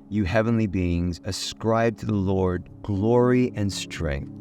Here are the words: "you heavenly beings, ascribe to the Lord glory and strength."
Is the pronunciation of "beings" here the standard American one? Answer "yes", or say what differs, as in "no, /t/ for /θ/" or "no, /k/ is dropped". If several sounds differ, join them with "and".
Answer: yes